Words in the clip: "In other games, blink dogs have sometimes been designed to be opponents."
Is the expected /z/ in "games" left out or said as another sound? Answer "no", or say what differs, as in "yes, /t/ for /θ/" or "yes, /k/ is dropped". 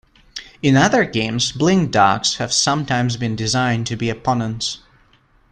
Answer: no